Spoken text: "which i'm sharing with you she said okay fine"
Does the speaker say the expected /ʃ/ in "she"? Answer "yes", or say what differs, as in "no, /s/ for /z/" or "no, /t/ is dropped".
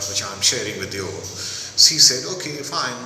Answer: no, /s/ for /ʃ/